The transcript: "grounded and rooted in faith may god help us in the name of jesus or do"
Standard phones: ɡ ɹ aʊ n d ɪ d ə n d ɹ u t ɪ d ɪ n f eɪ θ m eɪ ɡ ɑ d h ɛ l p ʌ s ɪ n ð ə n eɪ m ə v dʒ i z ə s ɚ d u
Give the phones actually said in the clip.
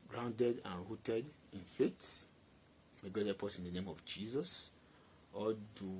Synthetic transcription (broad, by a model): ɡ ɹ aʊ n d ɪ d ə n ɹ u t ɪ d ɪ n f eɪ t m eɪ ɡ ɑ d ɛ p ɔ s ɪ n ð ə n eɪ m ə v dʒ i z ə s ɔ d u